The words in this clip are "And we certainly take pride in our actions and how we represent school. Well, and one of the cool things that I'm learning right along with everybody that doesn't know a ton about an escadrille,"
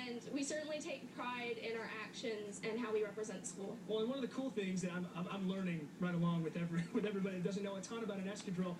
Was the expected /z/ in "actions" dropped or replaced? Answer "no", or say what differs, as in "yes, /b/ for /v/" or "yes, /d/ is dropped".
no